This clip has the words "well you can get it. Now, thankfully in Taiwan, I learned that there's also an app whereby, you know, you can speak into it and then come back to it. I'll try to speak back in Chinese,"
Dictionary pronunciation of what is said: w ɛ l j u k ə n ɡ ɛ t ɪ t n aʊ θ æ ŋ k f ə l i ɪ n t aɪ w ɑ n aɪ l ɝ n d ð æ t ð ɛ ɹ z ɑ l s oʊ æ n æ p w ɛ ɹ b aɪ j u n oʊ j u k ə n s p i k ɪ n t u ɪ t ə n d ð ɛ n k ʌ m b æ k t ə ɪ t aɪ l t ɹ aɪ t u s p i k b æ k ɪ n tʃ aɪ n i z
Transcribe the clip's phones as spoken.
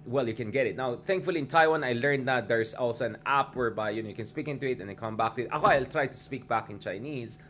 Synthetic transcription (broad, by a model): w ɛ l j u k ə n ɡ ɛ t ɪ t n aʊ θ æ ŋ k f ə l i ɪ n t aɪ w ɑ n aɪ l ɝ n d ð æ t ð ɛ ɹ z ɑ l s oʊ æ n æ p w ɛ ɹ b aɪ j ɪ n oʊ j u k ə n s p i k ɪ n t u ɪ t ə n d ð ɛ k ʌ m b æ k t ə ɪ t aɪ l t ɹ aɪ t u s p i k b æ k ɪ n tʃ aɪ n i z